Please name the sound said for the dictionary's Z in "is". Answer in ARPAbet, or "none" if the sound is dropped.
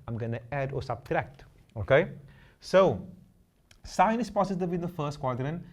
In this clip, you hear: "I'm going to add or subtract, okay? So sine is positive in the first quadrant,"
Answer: S